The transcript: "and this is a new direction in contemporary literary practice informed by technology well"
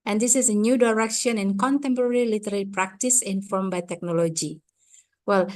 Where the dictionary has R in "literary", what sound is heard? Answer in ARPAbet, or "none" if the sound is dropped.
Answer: L